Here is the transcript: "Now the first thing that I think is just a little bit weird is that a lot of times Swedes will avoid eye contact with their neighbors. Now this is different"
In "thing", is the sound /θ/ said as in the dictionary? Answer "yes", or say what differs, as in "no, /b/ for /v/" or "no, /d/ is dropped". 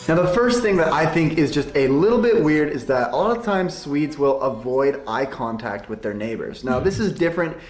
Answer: yes